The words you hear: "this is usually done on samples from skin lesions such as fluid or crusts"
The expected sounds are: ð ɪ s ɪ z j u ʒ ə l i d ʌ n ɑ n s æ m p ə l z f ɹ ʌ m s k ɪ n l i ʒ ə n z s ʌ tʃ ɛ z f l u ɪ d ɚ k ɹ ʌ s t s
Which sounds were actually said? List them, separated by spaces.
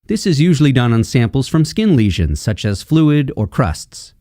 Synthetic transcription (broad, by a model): ð ɪ s ɪ z j u ʒ l i d ʌ n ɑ n s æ m p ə l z f ɹ ʌ m s k ɪ n l i ʒ ə n z s ʌ tʃ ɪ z f l u ɪ d ɚ k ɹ ʌ s t s